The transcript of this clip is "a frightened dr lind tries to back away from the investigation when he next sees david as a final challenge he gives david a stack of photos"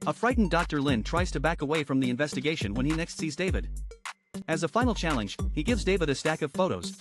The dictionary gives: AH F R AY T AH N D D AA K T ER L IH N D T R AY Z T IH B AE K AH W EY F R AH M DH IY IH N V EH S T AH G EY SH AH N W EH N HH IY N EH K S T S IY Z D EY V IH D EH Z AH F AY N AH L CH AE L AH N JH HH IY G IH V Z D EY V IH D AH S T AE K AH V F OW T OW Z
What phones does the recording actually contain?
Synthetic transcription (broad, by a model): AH F R AY T N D D AA K T ER L IH N T R AY Z T IH B AE K AH W EY F R AH M DH IY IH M V EH S T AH G EY SH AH N W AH N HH IY N EH K S T S IY Z D EY V IH D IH Z AH F AY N L CH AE L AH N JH HH IY G IH V Z D EY V IH D AH S T AE K AH V F OW T OW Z